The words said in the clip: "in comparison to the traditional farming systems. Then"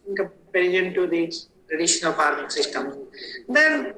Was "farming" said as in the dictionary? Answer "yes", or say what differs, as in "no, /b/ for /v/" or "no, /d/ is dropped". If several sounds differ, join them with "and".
no, /p/ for /f/